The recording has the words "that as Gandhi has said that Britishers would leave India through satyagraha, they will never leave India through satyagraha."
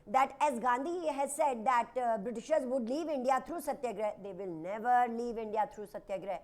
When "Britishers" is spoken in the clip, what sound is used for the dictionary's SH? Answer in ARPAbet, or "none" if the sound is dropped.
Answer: SH